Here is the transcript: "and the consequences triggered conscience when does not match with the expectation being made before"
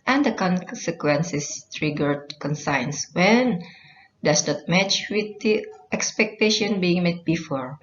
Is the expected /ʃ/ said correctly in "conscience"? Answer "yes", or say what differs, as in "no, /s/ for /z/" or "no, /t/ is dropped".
no, /s/ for /ʃ/